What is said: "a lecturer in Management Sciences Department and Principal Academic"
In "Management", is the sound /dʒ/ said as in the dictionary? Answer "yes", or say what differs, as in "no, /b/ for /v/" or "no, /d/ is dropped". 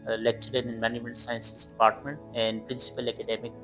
no, /dʒ/ is dropped